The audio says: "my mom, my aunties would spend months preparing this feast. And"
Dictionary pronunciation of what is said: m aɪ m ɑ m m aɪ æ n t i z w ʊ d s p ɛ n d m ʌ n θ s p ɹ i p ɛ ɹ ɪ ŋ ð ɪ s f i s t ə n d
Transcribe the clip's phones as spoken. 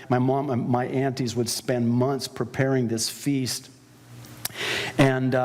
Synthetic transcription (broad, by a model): m aɪ m ɑ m m aɪ æ n t i z w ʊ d s p ɛ n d m ʌ n θ s p ɹ i p ɛ ɹ ɪ ŋ ð ɪ s f i s t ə n